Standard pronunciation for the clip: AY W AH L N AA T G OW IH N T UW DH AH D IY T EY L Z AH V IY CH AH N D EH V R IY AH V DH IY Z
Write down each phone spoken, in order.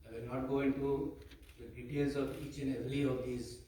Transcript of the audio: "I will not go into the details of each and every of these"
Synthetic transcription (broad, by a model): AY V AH N AA T G OW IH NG T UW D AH D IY T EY L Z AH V IY CH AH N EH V L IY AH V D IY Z